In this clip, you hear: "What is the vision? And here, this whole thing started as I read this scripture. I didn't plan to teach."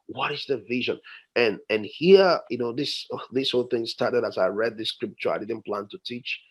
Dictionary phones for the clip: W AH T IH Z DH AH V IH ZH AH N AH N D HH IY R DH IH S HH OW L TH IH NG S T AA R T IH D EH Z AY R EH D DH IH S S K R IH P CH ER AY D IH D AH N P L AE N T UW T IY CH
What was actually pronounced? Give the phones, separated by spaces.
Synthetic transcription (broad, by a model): W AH T IH Z DH AH V IH ZH AH N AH N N HH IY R DH IH S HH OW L TH IH NG S T AA R T IH D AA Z AY R EH D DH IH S S K R IH P CH ER AY D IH D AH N P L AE N T UW T IY CH